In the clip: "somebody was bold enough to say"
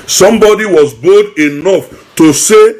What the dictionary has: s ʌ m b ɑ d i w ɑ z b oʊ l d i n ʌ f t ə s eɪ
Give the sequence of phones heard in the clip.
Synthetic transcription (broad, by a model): s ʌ m b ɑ d i w ɑ z b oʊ d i n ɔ f t ə s eɪ